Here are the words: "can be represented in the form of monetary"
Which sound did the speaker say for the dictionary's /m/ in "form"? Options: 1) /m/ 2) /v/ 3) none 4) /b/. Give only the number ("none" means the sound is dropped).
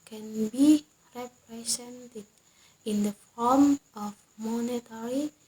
1